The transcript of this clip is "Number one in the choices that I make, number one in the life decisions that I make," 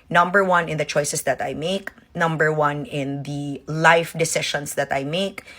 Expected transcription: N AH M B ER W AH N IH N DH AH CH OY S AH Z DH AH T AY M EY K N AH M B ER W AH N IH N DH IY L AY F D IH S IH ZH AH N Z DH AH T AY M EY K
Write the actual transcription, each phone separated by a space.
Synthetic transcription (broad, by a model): N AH M B ER W AH N IH N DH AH CH OY S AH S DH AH T AY M EY K N AH M B ER W AH N IH N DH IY L AY F D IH S IH SH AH N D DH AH T AY M EY K